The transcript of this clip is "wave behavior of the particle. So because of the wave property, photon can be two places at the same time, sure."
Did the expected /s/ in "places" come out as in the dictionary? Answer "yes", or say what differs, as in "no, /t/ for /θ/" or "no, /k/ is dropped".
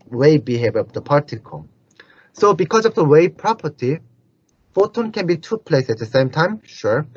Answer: no, /s/ is dropped